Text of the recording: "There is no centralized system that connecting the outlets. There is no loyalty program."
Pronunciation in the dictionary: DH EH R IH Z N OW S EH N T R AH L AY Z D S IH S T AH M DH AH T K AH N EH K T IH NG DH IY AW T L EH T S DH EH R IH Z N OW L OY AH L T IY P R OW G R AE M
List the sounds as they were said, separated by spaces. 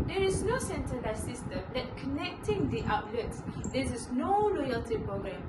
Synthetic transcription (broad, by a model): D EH R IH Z N OW S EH N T AH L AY S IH S T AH M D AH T K AH N EH K T IH NG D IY AW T L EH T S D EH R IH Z N OW L OY AH L T IY P R OW G R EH M